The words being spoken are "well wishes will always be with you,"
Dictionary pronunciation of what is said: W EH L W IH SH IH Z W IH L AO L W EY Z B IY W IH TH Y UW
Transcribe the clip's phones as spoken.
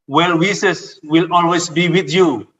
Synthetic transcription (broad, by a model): W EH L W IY S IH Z W IH L AO L W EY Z B IY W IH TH Y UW